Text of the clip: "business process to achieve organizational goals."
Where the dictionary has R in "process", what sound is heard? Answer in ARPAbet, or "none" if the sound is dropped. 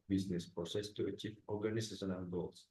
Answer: none